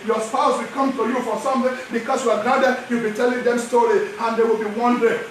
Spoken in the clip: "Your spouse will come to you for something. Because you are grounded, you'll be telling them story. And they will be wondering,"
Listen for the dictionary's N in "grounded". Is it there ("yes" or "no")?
no